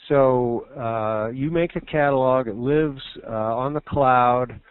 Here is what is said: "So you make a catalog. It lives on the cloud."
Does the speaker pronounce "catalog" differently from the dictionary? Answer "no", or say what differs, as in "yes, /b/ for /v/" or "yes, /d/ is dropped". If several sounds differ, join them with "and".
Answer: no